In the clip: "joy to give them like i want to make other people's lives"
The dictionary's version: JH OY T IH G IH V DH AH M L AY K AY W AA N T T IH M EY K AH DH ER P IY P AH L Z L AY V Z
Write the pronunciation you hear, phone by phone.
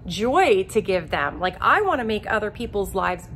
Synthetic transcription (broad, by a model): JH OY T IH G IH V DH AH M L AY K AY W AA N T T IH M EY K AH DH ER P IY P L Z L AY V Z